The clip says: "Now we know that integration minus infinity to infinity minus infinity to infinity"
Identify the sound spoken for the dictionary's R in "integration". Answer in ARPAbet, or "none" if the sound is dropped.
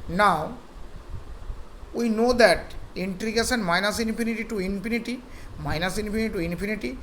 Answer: none